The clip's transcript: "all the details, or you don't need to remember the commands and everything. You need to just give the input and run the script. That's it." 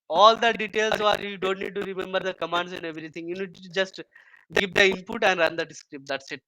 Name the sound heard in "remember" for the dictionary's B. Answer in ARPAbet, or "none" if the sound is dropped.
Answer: B